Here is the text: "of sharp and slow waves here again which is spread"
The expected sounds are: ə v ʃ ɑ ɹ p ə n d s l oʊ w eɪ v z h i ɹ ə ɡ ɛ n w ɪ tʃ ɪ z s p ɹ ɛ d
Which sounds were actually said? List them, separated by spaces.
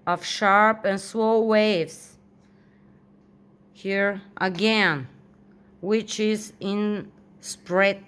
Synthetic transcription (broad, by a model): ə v ʃ ɑ ɹ p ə n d s w oʊ w eɪ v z h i ɹ ə ɡ ɛ n w ɪ tʃ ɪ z s p ɹ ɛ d